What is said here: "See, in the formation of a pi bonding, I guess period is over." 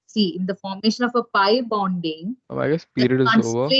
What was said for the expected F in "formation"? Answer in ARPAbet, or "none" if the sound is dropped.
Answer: F